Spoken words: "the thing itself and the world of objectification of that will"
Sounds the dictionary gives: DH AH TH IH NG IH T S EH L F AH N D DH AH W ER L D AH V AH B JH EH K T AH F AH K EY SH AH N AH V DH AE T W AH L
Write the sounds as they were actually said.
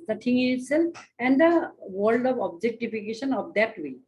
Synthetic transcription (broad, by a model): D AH T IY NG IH T S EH L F AH N D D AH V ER L D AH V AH B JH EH K T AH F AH K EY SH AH N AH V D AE T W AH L